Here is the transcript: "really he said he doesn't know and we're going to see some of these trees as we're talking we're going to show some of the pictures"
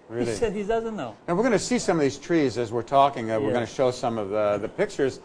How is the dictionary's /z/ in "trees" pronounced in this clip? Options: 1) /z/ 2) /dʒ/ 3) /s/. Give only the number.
1